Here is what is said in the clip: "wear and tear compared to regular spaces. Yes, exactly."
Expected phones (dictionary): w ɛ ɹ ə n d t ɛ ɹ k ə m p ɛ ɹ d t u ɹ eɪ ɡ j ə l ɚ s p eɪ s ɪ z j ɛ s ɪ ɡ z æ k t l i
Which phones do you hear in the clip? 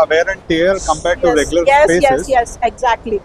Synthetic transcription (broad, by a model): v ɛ ɹ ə n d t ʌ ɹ k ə m p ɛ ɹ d t u ɹ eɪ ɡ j l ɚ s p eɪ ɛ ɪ s j ɛ s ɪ ɡ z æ k t l i